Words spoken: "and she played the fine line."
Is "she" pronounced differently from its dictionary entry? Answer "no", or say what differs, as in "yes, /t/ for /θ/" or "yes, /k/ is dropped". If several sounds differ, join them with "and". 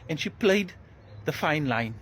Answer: no